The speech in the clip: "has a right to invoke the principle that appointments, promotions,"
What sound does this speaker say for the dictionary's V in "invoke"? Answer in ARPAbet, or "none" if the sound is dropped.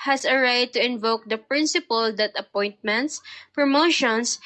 V